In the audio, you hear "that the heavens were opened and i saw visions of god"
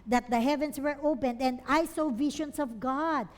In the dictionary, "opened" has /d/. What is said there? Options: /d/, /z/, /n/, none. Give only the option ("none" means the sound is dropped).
/d/